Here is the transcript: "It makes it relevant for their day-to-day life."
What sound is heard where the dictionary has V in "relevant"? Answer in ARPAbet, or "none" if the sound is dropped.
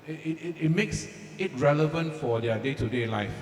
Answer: V